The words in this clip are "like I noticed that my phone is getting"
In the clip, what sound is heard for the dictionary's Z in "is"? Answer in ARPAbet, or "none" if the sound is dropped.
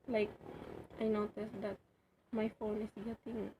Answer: S